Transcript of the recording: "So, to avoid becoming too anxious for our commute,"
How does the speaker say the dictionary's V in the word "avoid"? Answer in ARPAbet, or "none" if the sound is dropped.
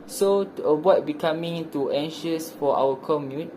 B